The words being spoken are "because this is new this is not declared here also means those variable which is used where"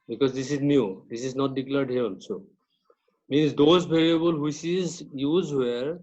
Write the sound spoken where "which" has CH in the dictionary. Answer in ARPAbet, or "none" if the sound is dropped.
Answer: S